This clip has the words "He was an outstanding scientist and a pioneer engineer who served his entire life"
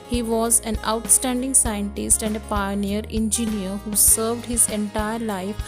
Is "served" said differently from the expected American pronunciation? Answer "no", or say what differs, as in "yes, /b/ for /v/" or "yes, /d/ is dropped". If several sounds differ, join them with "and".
no